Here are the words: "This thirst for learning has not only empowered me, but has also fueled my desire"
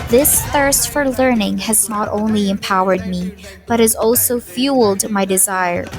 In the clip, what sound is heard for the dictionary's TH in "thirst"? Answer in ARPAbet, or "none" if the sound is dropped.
TH